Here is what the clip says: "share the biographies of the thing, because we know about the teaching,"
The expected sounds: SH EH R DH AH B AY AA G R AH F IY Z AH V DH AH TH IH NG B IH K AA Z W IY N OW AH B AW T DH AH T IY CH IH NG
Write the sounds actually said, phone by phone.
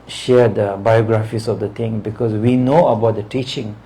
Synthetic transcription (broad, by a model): SH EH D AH B AY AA G R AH F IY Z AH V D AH T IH NG B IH K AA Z W IY N OW AH B AW T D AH T IY CH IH NG